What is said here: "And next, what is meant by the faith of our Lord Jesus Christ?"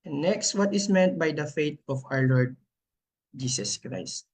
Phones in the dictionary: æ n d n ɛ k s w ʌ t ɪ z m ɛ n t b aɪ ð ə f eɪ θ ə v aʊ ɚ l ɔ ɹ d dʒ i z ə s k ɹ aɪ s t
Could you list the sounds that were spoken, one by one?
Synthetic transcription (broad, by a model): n n ɛ k s w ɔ t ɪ s m ɛ n t b aɪ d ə f eɪ t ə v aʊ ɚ l ɔ ɹ d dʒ i s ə s k ɹ aɪ s t